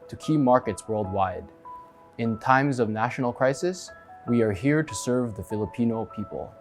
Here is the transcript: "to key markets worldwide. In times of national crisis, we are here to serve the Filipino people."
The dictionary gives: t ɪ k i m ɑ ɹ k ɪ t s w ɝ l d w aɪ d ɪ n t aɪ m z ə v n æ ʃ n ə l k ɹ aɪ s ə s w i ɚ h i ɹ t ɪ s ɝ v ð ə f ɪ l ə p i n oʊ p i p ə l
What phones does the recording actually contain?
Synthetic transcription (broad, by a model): t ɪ k i m ɑ ɹ k ɪ t s w ɝ l d w aɪ d ɪ n t aɪ m z ə v n æ ʃ n l k ɹ aɪ s ə s w i ɚ h i ɹ t ɪ s ɝ v ð ə f ɪ l ə p i n oʊ p i p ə l